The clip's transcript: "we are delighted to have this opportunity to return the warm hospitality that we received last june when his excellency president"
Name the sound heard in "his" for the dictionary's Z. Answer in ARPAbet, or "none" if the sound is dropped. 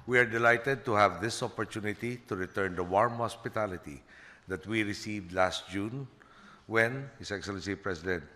S